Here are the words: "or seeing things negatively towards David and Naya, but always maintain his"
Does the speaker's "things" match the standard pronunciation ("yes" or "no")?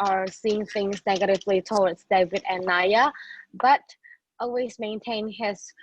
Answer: yes